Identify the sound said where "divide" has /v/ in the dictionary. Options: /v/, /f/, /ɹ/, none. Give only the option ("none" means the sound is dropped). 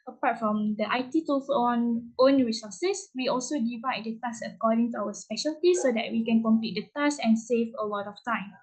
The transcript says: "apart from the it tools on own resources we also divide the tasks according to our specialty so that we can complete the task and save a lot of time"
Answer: /v/